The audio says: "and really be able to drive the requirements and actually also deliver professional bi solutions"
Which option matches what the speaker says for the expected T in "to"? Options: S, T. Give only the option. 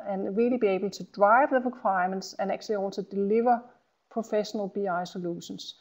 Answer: S